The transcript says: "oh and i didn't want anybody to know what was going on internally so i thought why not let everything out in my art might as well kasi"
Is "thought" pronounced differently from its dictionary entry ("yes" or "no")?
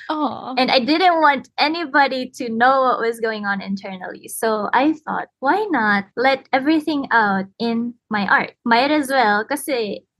no